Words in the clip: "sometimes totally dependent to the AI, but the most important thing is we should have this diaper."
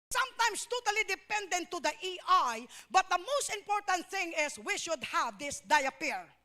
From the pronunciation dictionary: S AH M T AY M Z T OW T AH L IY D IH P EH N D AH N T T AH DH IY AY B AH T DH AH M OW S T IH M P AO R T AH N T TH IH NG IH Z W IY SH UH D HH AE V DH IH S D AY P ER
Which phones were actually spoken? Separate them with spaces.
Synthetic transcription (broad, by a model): S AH M T AY M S T OW T AH L IY D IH P EH N D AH N T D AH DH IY AY B AH T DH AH M OW S T IH M P AO R T AH N T TH IH NG IH S W IY SH UH D HH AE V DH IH S D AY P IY